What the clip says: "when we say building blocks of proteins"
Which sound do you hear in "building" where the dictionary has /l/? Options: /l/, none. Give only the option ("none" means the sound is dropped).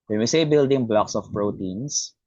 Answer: /l/